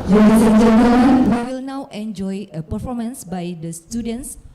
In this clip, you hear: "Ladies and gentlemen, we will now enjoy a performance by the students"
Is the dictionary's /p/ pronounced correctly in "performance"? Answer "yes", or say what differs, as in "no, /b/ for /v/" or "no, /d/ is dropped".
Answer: yes